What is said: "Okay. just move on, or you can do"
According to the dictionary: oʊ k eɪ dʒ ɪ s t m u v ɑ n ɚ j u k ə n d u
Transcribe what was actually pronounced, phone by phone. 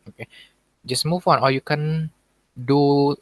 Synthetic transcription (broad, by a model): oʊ k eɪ dʒ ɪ s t m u w ɑ n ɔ j u k ə n d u